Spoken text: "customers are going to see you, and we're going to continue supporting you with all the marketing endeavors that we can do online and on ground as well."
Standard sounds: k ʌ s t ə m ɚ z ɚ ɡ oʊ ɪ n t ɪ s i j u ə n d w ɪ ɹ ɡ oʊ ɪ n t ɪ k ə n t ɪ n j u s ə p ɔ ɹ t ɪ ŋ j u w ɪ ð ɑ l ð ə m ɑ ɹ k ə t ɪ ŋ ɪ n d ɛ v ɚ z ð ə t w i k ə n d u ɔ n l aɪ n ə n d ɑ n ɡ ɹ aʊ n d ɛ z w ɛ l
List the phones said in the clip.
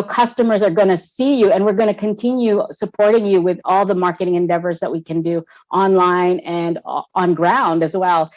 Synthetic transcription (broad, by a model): k ʌ s t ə m ɚ z ɚ ɡ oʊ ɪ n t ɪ s i j u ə n w ɪ ɹ ɡ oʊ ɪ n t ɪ k ə n t ɪ n j u s ə p ɔ ɹ t ɪ ŋ j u w ɪ ð ɑ l ð ə m ɑ ɹ k ə t ɪ ŋ ɪ n d ɛ v ɚ z ð ə t w i k ə n d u ɔ n l aɪ n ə n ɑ n ɡ ɹ aʊ n d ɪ z w ɛ l